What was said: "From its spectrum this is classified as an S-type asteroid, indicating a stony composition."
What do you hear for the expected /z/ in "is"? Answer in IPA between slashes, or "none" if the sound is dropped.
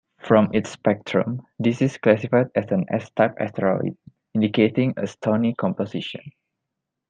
/s/